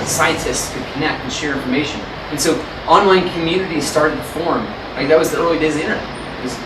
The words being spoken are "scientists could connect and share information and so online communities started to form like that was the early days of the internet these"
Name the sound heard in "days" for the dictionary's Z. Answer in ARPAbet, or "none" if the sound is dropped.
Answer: none